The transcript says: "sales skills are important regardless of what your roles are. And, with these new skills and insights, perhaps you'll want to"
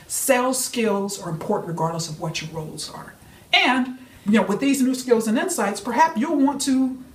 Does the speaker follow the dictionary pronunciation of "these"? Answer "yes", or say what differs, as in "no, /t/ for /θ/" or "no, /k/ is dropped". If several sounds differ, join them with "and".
yes